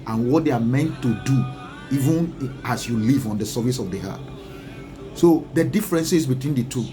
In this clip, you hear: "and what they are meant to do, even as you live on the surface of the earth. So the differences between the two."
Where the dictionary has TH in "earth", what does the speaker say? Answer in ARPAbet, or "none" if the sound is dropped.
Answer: T